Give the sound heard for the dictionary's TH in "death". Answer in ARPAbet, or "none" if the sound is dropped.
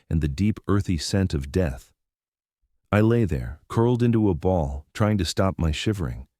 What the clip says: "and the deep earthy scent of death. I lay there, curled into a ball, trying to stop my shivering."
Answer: TH